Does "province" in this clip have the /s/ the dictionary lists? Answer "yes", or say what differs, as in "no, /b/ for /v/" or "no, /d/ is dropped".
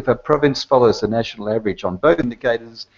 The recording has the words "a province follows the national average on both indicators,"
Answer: yes